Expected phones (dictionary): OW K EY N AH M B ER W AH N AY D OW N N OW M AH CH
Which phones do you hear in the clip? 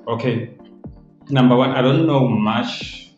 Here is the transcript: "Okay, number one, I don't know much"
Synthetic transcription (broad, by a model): OW K EY N AH M B ER W AH N AY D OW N N OW M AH CH